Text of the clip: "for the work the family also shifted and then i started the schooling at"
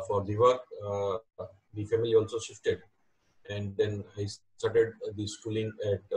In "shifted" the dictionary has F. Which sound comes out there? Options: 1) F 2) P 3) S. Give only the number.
1